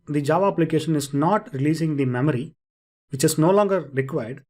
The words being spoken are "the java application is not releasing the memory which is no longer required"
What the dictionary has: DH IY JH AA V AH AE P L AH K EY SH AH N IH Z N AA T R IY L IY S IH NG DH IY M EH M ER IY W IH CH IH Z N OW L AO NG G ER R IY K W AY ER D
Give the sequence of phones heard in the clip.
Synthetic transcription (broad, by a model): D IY JH AA V AH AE P L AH K EY SH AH N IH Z N AA T R IY L IY S IH NG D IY M EH M ER IY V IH CH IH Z N OW L AO NG G ER R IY K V AY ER D